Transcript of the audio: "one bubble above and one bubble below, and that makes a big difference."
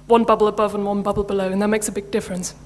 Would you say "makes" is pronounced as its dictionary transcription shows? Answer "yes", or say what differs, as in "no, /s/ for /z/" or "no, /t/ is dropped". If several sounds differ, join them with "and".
yes